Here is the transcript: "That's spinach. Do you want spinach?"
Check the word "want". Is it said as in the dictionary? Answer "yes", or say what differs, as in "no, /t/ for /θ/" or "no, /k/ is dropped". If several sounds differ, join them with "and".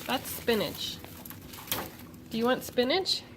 yes